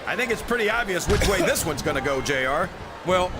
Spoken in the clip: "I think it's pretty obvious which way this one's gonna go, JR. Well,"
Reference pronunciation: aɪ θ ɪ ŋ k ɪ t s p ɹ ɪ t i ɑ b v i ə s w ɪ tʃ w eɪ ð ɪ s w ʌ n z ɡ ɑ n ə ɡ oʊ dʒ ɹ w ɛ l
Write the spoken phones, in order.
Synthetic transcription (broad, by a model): aɪ θ ɪ ŋ k ɪ t s p ɹ ɪ t i ɑ b v i ə s w ɪ tʃ w eɪ ð ɪ s w ʌ n z ɡ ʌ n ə ɡ oʊ dʒ ɹ w ɛ l